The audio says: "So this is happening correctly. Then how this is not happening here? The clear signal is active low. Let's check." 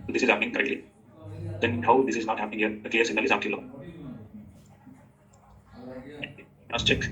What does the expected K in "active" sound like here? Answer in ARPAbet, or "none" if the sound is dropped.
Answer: none